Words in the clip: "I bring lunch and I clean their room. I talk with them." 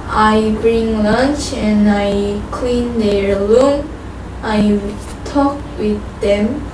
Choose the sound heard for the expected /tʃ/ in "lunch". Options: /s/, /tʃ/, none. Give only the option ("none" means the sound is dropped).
/tʃ/